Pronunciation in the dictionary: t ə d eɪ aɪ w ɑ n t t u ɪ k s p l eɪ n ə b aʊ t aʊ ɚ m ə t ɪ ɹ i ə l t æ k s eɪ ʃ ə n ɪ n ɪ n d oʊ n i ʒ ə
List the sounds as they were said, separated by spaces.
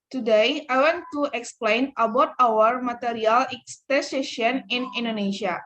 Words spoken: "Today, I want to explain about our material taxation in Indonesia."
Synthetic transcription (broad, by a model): t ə d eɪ aɪ w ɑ n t t u ɪ k s p l eɪ n ə b aʊ t aʊ ɚ m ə t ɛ ɹ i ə l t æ s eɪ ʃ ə n ɪ n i n d oʊ n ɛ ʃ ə